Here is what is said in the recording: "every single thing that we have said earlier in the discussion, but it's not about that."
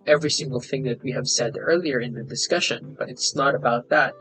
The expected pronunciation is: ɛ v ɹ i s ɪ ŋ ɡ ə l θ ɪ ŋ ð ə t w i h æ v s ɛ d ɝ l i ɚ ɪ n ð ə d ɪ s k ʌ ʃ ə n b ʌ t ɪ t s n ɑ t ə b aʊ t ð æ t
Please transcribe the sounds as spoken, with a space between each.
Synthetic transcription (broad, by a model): ɛ v ɹ i s ɪ ŋ ɡ ə l θ ɪ ŋ ð ə t w i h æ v s ɛ d ɝ l i ɚ ɪ n ð ə d ɪ s k ʌ ʃ ə n b ʌ t ɪ t s n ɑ t ə b aʊ t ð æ t